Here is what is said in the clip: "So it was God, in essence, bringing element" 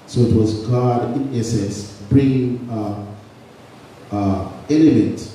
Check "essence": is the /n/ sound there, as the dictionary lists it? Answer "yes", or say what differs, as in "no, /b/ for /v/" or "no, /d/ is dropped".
no, /n/ is dropped